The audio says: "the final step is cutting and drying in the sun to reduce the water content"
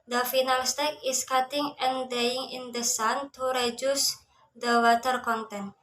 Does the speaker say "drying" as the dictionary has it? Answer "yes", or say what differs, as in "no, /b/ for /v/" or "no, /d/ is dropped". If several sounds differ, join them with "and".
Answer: no, /ɹ/ is dropped